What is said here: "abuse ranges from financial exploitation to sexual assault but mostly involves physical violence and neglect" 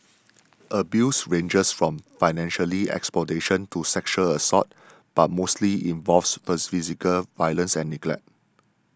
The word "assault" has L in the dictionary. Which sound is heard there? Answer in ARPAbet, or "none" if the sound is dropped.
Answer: none